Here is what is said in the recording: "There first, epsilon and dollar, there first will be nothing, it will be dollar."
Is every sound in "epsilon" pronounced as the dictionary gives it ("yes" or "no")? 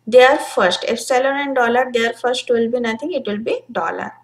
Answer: no